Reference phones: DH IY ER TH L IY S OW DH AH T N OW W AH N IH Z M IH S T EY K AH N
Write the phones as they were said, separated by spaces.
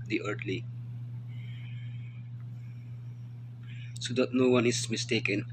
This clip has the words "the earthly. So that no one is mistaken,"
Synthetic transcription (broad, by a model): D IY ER T L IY S OW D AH T N OW W AH N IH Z M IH S T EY K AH N